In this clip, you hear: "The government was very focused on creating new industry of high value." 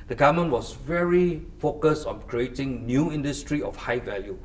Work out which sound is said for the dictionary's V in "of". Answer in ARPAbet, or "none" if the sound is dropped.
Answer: F